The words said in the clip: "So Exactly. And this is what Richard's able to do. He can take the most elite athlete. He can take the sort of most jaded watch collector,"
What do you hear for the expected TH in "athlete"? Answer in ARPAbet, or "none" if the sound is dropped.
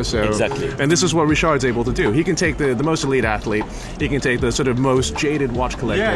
TH